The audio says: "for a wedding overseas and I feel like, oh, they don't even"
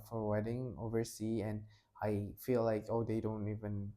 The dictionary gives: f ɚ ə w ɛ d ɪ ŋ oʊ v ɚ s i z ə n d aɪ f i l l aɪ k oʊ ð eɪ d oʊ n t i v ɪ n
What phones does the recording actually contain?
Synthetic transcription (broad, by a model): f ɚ ə w ɛ d ɪ ŋ oʊ v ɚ s i ə n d aɪ f i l l aɪ k oʊ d eɪ d oʊ n t i v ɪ n